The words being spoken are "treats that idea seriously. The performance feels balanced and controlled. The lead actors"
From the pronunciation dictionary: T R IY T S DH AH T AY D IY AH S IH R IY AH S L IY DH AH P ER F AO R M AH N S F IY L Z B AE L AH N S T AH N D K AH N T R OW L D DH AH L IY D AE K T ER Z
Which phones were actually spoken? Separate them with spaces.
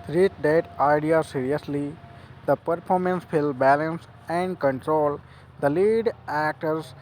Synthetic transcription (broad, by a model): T R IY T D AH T AY D IY AH S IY R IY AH S L IY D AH P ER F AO R M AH N S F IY L B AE L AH N S AH N D K AH N T R OW L D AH L IY D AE K T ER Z